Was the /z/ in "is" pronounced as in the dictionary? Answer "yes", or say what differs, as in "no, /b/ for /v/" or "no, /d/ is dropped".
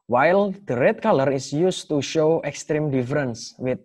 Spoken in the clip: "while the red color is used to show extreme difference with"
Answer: no, /s/ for /z/